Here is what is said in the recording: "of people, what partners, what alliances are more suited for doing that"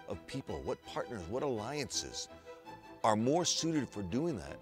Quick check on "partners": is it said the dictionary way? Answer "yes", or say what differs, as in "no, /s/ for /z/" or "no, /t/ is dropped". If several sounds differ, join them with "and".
yes